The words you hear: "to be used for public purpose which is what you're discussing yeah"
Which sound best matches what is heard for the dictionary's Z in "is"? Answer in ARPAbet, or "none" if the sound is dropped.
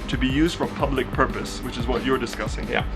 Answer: Z